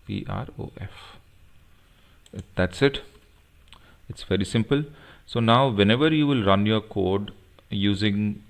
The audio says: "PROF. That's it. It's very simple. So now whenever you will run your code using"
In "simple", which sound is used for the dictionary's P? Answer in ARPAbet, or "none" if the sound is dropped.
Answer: P